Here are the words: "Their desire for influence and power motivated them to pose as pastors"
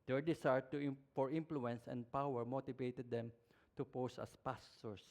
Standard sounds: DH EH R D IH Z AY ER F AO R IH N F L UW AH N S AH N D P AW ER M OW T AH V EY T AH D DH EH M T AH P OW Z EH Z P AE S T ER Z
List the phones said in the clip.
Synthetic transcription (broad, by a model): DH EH R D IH S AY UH F AO R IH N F L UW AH N S AH N D P AW ER M OW T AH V EY T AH D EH M T AH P OW S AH S P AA S T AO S